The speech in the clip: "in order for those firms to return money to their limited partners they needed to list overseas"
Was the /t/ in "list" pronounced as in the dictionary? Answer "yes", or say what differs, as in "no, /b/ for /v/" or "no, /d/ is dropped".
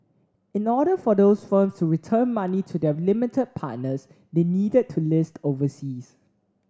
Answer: yes